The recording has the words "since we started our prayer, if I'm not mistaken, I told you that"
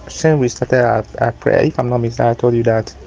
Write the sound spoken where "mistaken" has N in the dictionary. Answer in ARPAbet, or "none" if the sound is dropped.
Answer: none